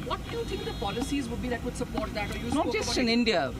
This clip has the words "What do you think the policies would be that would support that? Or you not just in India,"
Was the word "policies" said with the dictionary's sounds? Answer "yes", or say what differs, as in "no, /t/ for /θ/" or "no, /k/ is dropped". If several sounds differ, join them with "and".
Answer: yes